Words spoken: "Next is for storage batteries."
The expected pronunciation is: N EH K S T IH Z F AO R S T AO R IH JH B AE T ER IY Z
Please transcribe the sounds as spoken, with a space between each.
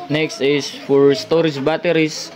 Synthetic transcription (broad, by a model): N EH K S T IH S F AO R S T AO R IH JH B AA T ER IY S